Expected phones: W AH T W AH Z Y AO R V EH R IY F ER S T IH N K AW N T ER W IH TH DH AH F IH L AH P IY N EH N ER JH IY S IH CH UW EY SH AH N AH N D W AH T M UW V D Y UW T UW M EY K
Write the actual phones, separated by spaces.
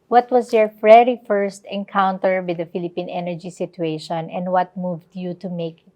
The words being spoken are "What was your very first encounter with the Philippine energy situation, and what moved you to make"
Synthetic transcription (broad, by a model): W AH T W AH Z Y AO R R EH R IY F ER S T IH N K AW N T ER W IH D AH F IH L AH P IY N EH N ER JH IY S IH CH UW EY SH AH N AH N D W AH T M UW V D Y UW T UW M EY K